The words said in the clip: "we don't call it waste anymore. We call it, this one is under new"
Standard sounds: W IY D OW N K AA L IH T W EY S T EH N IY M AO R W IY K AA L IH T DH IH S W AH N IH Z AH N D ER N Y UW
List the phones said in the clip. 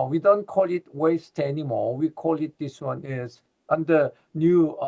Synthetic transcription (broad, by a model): W IY D OW N K AA L IH T W EY S T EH N IY M AO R W IY K AA L IH T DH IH S W AH N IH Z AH N D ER N Y UW